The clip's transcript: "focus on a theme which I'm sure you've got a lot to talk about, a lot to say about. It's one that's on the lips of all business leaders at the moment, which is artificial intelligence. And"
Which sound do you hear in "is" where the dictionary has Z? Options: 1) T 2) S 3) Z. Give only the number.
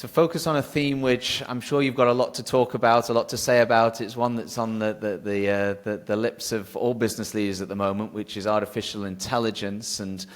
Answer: 3